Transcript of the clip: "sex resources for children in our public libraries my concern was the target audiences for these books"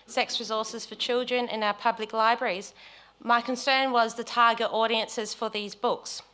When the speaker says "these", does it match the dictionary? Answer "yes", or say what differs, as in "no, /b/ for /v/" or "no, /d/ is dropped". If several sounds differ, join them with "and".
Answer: yes